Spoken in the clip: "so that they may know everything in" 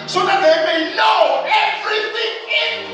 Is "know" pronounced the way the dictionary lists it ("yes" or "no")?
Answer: no